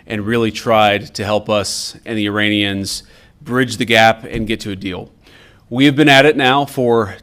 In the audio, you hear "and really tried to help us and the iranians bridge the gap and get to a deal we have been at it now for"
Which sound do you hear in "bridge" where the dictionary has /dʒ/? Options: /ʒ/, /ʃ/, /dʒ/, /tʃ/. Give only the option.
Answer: /dʒ/